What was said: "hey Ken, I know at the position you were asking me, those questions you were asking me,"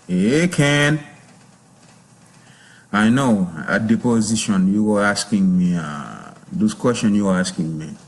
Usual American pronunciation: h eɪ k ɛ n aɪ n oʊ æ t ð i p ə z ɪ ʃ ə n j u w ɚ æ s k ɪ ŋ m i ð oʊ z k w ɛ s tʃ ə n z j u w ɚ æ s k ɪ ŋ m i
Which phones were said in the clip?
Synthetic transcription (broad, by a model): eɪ k ɛ n aɪ n oʊ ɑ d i p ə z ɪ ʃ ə n j u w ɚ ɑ s k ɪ ŋ m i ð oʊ s k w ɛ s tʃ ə n j u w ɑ s k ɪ ŋ m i